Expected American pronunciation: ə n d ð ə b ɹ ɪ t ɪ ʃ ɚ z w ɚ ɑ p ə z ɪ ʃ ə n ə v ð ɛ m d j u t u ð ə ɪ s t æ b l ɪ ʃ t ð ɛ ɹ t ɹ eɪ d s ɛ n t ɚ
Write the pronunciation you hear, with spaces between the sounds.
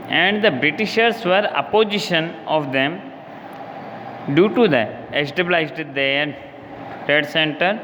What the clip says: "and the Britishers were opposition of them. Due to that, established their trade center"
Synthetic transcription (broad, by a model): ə n d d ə b ɹ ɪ t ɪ ʃ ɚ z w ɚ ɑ p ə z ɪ ʃ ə n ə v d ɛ m d j u t u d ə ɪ s t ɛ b l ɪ s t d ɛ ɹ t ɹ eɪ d s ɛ n t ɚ